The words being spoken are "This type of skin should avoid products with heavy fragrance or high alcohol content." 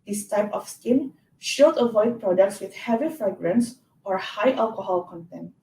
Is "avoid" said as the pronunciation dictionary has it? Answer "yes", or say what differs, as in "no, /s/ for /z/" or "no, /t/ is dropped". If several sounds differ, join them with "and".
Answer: yes